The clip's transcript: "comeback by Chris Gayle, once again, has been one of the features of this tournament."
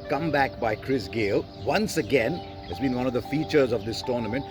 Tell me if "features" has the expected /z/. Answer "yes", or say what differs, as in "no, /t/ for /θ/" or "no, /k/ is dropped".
yes